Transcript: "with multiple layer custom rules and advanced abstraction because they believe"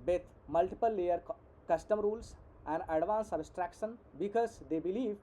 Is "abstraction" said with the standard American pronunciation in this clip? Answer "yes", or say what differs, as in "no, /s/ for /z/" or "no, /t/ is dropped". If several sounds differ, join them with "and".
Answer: no, /b/ is dropped